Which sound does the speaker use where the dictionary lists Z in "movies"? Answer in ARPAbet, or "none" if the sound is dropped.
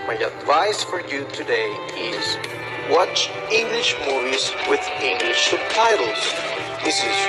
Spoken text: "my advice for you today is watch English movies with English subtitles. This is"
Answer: Z